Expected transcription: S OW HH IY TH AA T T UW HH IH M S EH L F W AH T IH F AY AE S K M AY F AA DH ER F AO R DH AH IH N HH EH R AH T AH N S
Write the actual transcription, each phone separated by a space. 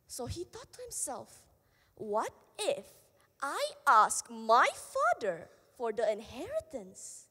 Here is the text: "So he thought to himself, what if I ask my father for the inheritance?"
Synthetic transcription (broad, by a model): S OW HH IY T AA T T UW HH IH M S EH L F W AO T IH F AY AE S K M AY F AA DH ER F AO R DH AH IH N HH EH R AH T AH N S